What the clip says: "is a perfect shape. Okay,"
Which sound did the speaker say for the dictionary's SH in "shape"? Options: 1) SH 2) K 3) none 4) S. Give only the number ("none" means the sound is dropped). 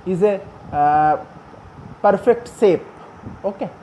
4